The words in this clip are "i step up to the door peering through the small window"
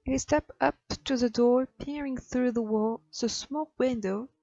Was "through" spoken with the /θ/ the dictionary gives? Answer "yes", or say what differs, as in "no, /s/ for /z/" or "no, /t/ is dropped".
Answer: yes